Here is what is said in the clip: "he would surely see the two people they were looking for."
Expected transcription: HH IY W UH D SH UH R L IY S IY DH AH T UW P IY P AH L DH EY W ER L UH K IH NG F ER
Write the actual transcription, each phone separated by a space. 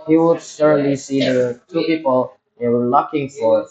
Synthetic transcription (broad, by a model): HH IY W UH D S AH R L IY S IY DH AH T UW P IY P AH L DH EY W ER L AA K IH NG F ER